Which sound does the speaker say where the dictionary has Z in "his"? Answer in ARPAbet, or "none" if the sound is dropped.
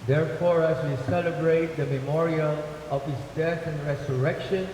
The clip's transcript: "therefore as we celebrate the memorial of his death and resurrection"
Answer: S